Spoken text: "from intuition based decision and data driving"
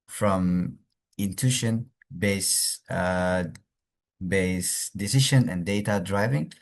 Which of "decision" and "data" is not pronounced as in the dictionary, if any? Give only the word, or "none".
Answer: decision